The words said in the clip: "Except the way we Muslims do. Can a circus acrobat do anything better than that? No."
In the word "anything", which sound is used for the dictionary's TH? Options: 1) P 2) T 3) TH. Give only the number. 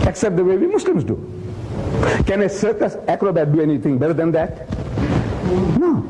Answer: 2